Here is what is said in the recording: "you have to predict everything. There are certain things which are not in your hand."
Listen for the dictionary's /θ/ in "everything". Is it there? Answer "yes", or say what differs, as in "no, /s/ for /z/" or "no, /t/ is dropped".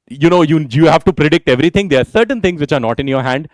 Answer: no, /t/ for /θ/